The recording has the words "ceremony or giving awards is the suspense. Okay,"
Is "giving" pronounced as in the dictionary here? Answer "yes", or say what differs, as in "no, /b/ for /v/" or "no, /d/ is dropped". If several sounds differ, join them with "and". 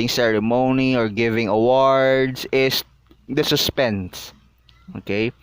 yes